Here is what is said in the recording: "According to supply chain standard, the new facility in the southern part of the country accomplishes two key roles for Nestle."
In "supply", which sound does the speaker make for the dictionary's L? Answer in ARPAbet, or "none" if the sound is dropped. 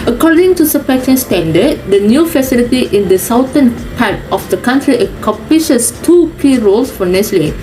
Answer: none